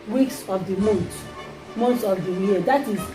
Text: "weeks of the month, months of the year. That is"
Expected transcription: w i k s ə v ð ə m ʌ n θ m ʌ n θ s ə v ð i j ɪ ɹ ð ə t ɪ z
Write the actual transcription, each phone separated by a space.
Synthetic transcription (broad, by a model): w i k s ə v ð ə m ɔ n t m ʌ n t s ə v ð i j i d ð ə t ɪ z